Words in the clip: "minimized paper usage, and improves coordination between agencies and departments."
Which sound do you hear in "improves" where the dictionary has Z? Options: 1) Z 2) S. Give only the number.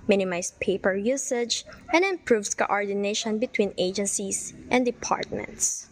2